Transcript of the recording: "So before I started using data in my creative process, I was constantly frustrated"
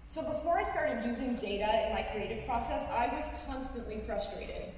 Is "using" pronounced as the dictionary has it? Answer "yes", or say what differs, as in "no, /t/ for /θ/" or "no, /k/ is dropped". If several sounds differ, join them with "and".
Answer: yes